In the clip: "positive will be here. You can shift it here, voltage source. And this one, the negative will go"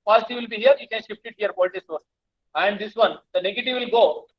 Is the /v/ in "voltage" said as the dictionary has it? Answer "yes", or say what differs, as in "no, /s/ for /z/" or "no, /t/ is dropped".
no, /p/ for /v/